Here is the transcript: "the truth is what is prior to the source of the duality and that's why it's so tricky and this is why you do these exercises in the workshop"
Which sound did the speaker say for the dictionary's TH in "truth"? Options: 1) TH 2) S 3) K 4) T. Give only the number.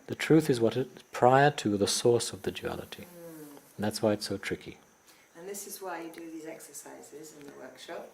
1